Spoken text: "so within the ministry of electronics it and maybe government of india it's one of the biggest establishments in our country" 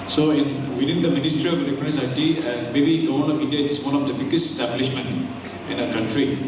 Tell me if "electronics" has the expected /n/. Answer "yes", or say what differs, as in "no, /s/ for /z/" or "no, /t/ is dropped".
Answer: no, /n/ is dropped